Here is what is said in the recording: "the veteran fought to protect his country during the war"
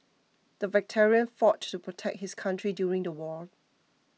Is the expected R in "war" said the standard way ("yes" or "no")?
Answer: no